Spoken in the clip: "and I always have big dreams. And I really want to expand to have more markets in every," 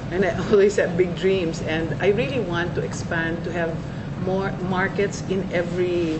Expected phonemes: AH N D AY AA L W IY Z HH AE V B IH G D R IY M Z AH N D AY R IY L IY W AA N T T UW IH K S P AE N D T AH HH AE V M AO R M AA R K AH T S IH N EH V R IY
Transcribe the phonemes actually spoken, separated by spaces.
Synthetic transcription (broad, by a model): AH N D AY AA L W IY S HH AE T B IH G D R IY M S AH N D AY R IY L IY W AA N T T UW IH K S P AE N D T AH HH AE V M AO R M AA R K AH T S IH N EH V R IY